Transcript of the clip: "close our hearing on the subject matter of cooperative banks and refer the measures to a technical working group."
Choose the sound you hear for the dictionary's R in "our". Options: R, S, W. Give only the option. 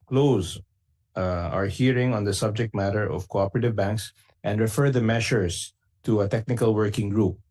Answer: R